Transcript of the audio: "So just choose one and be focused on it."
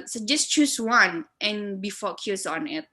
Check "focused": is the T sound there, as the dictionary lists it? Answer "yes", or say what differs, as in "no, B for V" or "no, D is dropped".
no, T is dropped